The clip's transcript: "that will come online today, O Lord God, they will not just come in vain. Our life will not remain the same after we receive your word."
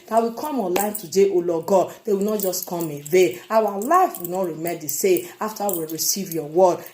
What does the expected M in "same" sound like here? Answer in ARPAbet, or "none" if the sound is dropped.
none